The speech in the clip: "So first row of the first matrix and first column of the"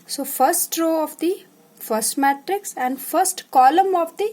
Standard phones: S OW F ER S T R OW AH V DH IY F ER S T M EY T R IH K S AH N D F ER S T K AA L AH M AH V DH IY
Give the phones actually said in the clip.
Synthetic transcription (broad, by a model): S OW F ER S T R OW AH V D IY F ER S T M EY T R IH K S AH N D F ER S T K AA L AH M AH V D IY